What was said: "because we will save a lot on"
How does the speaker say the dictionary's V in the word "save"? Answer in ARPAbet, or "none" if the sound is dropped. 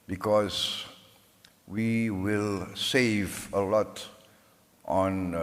V